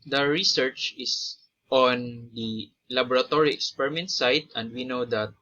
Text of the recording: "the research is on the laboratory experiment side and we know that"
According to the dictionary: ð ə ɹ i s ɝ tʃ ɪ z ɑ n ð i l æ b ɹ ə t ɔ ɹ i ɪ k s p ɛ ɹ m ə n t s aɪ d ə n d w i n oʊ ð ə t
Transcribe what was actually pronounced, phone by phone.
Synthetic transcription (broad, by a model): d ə ɹ i s ɝ tʃ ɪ s ɑ n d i l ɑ b ɹ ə t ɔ ɹ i ɪ k s p ɛ ɹ m ə n t s aɪ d ə n d w i n oʊ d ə t